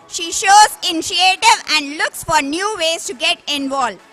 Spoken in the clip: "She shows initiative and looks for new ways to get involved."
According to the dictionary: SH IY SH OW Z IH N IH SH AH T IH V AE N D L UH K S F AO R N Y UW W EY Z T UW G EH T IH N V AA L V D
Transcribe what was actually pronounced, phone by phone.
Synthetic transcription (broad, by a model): SH IY SH OW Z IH N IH SH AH T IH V AE N D L UH K S F AO R N Y UW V EY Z T UW G EH T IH N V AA L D